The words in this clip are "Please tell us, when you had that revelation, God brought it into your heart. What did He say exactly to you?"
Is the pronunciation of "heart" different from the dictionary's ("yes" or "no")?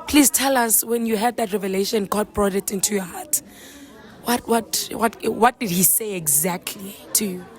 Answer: yes